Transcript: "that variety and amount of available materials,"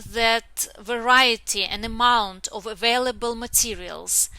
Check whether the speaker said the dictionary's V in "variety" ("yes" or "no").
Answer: yes